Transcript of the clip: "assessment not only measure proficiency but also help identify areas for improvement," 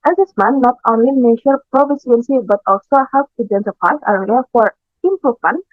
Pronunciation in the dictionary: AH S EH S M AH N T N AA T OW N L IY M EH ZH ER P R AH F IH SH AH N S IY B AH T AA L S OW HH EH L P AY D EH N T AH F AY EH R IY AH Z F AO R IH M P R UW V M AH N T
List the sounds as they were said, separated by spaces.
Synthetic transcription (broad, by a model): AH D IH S M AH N N AA T OW N L IY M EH SH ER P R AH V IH S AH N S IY B AH T AA L S OW HH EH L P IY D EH N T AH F AY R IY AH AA F AO R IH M P R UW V M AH N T